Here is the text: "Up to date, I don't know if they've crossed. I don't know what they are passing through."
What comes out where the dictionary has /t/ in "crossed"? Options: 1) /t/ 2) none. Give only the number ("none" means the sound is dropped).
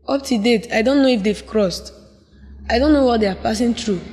1